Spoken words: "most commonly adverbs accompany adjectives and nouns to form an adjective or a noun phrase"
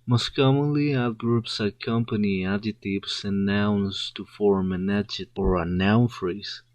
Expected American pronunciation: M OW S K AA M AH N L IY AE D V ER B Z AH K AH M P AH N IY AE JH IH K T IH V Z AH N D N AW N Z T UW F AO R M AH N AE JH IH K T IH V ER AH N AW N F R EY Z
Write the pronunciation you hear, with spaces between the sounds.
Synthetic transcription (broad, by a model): M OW S K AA M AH N L IY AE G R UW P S AH K AH M P AH N IY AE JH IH T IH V S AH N N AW N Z T UW F AO R M AH N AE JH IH T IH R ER AH N AW N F R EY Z